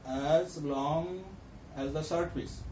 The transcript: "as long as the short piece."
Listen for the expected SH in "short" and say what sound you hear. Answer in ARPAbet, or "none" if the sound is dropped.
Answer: S